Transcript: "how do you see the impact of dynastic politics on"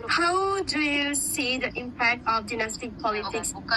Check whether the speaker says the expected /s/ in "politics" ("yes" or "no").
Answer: yes